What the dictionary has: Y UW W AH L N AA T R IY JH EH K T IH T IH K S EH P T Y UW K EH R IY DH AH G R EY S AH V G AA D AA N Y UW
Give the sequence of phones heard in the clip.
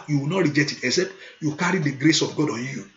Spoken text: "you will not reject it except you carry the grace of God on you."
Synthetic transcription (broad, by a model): Y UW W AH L N AA T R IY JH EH T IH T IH S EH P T Y UW K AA R IY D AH G R EY S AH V G AA D AA N Y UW